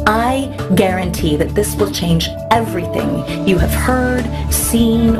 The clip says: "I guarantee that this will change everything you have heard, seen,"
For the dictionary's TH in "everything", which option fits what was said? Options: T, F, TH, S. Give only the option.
TH